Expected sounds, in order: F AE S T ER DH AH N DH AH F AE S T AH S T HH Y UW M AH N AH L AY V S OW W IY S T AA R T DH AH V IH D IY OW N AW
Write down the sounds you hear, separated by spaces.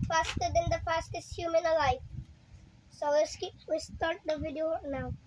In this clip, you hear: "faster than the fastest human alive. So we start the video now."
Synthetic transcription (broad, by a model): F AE S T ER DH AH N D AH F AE S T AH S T HH Y UW M AH N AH L AY F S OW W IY S T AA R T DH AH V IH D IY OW N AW